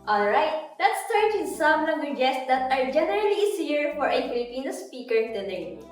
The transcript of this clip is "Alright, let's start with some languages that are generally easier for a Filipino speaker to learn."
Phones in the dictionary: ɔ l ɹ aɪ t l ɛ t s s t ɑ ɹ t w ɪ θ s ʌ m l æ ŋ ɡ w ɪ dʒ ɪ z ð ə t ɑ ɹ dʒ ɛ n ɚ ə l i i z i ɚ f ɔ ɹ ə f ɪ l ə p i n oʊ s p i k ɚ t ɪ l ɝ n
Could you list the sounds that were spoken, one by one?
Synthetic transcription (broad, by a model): ɔ l ɹ aɪ t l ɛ t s s t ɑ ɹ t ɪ s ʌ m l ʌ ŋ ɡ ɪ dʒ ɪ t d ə t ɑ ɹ dʒ ɛ n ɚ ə l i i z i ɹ f ɔ ɹ ə f ɪ l ə p i n oʊ s p i k ɚ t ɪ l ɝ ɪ